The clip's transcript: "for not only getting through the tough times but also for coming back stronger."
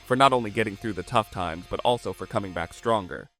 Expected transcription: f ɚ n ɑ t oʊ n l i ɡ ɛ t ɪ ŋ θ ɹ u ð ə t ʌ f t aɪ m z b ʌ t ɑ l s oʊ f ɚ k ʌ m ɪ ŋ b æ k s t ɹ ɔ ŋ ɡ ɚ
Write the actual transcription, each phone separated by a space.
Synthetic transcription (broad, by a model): f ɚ n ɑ t oʊ n l i ɡ ɛ t ɪ ŋ θ ɹ u ð ə t ʌ f t aɪ m z b ʌ t ɑ l s oʊ f ɚ k ʌ m ɪ ŋ b æ k s t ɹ ɔ ŋ ɡ ɚ